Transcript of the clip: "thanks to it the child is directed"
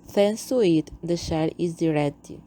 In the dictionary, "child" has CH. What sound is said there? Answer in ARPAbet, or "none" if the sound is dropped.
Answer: SH